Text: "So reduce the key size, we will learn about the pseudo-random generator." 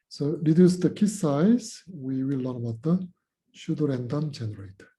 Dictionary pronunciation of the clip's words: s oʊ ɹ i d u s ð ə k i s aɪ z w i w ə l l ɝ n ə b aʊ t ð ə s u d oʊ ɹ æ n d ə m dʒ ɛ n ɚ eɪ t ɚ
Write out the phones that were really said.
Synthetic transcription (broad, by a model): s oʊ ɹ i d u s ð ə k i s aɪ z w i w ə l l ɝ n ə b aʊ t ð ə ʃ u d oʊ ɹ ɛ n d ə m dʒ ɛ n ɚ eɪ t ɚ